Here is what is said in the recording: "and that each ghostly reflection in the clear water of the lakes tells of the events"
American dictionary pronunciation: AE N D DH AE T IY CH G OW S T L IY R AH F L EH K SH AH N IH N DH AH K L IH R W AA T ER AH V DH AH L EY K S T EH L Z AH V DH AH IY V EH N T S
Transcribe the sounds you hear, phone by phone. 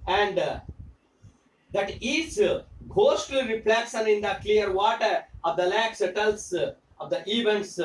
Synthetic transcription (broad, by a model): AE N D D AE T IY CH G OW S T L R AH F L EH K S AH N IH N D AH K L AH R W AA T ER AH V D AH L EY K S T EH L S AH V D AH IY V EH N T S